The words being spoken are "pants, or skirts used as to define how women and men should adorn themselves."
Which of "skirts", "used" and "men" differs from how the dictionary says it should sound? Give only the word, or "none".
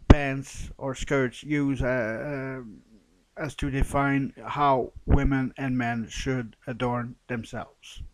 used